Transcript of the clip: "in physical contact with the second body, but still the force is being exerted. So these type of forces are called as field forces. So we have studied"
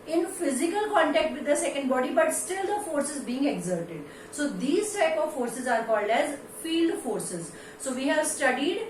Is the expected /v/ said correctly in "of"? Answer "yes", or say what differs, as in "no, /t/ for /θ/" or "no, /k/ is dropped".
yes